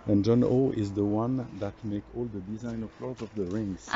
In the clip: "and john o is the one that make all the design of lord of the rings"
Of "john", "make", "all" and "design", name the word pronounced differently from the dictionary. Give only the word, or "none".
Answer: none